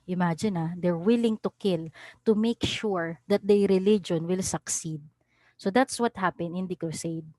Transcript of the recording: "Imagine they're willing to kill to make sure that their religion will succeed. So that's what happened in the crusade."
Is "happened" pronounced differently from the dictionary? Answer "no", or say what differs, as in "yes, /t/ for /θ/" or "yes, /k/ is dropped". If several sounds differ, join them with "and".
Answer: yes, /d/ is dropped